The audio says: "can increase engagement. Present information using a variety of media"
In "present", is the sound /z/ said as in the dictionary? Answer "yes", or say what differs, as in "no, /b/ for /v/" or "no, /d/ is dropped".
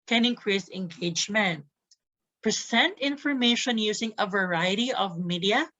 no, /s/ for /z/